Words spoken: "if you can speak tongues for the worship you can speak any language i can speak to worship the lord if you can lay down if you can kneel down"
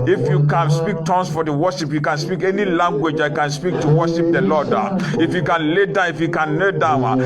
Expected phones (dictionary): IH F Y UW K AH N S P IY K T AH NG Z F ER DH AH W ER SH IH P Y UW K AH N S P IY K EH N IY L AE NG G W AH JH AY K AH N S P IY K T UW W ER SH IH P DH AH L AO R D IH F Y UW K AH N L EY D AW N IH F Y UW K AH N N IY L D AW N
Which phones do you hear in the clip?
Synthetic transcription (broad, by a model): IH F Y UW K AH N S P IY K T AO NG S F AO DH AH W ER SH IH P Y UW K AH N S P IY K EH N IY L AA NG G W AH JH AY K AH N S P IY K T UW W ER SH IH P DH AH L AO D IH F Y UW K AH N L EY D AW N IH F Y UW K AH N L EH D AW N